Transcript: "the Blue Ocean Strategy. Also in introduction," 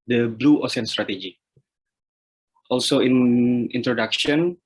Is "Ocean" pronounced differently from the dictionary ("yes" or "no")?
yes